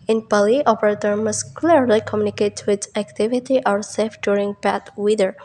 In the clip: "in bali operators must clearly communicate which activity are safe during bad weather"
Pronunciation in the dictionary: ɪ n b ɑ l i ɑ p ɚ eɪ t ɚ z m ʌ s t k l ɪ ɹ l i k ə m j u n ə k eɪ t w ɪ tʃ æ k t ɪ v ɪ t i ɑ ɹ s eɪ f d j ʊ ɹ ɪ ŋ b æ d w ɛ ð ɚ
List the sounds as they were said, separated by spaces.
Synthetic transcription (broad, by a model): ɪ n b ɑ l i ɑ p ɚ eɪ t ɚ m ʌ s k l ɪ ɹ l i k ə m j u n ə k eɪ t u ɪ s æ k t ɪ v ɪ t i ɑ ɹ s eɪ f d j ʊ ɹ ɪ ŋ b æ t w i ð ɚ